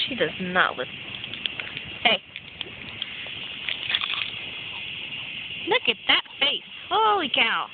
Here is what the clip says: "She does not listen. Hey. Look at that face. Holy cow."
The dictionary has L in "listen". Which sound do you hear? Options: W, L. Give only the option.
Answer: W